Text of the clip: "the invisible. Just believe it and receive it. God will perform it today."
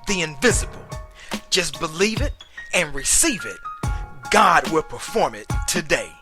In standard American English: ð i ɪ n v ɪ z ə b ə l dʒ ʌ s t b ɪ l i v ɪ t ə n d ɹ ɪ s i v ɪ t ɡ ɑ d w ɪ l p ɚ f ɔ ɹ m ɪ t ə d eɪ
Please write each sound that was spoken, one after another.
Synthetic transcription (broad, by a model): ð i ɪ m v ɪ z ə b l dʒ ʌ s b ɪ l i v ɪ t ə n ɹ ɪ s i v ɪ t ɡ ɑ d w ɪ l p ɚ f ɔ ɹ m ɪ t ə d eɪ